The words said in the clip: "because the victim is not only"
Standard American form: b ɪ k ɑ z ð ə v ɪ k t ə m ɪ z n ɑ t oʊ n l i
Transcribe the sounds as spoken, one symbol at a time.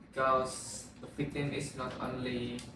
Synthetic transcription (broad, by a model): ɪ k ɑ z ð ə p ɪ t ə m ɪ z n ɑ t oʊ n l i